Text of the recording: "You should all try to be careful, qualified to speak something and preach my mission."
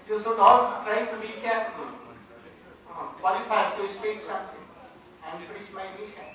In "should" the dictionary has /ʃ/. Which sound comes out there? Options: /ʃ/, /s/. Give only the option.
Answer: /s/